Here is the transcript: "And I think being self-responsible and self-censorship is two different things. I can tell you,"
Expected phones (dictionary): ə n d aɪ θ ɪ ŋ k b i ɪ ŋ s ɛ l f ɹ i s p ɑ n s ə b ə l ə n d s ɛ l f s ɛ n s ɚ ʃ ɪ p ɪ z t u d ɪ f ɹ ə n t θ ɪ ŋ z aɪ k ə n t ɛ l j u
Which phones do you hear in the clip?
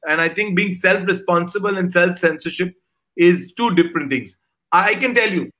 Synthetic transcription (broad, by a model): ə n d aɪ t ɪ ŋ k b i ɪ ŋ s ɛ l f ɹ i s p ɑ n s ə b ə l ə n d s ɛ l f s ɛ n s ɚ ʃ ɪ p ɪ z t u d ɪ f ɹ ə n t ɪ ŋ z aɪ k ə n t ɛ l j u